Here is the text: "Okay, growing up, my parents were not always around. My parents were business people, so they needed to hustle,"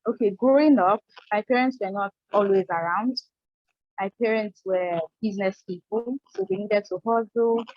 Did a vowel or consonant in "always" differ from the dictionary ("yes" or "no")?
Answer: no